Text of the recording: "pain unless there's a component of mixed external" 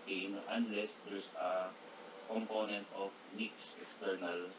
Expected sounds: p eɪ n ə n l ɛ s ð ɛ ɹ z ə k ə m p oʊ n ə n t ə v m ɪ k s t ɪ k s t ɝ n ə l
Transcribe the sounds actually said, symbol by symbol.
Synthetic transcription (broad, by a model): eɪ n ə n l ɛ s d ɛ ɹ s ə k ə m p oʊ n ə n t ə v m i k s ɪ k s t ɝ n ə l